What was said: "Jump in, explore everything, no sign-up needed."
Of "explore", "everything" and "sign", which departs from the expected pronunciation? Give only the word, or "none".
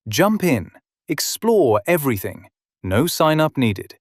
none